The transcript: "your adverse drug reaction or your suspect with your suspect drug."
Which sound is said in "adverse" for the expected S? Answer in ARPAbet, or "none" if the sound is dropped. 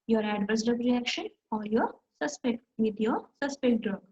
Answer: S